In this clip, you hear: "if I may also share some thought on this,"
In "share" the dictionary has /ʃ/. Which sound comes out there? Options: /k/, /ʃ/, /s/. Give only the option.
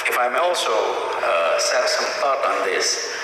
/s/